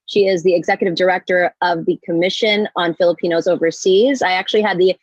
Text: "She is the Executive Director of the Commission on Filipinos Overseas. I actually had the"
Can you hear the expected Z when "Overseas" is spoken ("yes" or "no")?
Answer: yes